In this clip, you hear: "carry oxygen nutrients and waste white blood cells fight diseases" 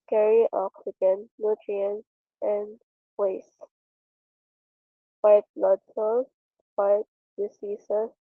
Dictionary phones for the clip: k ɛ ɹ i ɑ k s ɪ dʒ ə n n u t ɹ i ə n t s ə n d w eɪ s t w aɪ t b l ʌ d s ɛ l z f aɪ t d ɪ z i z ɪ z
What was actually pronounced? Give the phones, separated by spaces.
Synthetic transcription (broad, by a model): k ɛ ɹ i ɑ k s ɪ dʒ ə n n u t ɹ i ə n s ə n d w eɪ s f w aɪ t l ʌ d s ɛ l f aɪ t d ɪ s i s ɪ